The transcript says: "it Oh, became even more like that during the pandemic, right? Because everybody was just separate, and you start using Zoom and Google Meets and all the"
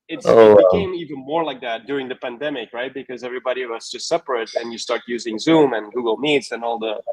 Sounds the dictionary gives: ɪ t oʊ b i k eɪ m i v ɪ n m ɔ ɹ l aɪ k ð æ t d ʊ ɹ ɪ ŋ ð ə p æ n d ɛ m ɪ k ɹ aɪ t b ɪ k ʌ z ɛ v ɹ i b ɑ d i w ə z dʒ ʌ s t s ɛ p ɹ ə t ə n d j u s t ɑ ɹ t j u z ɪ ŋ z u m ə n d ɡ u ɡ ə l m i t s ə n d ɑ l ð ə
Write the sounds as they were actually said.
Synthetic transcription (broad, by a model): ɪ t oʊ b i k eɪ m i v ɪ n m ɔ ɹ l aɪ k ð æ t d ʊ ɹ ɪ ŋ ð ə p æ n d ɛ m ɪ k ɹ aɪ t b ɪ k ʌ z ɛ v ɹ i b ɑ d i w ə z dʒ ʌ s t s ɛ p ɹ ə t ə n j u s t ɑ ɹ t j u z ɪ ŋ z u m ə n ɡ u ɡ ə l m i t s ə n ɑ l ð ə